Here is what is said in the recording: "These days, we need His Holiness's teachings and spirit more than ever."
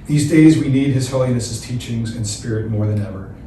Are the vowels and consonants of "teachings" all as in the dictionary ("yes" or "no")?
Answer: yes